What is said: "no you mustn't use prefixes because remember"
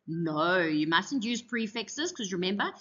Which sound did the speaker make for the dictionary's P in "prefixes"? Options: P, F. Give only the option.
P